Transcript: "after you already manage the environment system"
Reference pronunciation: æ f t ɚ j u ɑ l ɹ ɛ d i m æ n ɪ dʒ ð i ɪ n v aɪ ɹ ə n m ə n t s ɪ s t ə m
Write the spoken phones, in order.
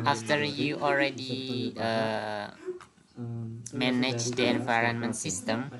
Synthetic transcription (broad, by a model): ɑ f t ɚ j u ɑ l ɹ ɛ d i m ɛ n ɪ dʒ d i ɪ n v aɪ ɹ ə n m ə n t s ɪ s t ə m